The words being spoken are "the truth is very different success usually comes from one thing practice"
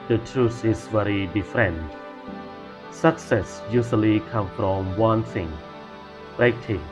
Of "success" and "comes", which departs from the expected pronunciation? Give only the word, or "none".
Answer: comes